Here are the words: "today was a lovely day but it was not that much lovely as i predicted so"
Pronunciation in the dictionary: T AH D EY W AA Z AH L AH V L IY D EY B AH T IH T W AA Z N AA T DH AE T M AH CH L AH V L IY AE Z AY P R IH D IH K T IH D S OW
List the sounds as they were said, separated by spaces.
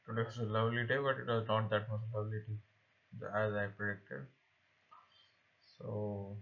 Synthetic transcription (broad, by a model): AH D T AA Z AH L AH V L IY D EY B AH T IH T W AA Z N AA T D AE T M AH S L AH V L IY AE Z AY P R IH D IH K T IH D S OW